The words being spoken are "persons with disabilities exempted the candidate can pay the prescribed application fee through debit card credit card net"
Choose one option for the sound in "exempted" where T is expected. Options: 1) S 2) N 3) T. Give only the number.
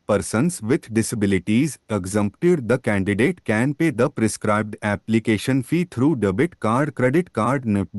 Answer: 3